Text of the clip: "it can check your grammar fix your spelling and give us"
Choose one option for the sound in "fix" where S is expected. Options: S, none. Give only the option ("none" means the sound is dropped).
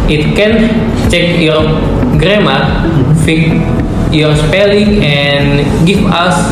none